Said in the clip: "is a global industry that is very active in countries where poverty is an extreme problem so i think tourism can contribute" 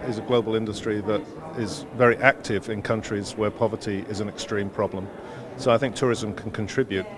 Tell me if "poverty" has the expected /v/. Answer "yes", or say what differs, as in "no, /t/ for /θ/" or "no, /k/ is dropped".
yes